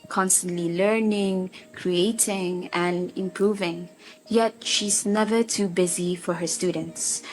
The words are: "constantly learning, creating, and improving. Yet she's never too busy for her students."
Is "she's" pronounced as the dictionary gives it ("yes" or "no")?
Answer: yes